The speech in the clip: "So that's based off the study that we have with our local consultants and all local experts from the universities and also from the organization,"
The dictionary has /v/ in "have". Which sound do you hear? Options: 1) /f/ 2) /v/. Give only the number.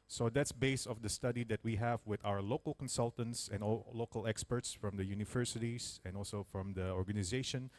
2